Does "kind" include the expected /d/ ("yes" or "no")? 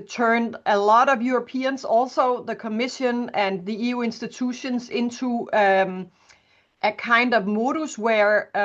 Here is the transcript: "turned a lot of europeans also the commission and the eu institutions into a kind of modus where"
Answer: yes